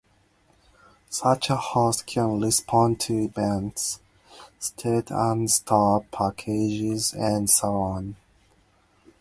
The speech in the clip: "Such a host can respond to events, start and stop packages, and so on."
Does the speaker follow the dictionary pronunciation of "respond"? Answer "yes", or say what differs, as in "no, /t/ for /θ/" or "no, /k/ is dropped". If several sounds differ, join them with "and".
no, /l/ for /ɹ/